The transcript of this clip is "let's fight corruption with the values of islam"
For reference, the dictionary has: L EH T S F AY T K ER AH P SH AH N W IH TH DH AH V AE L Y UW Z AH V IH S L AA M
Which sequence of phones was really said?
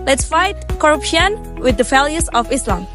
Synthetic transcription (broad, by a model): L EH T S F AY T K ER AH P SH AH N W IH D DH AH F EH L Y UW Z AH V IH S L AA M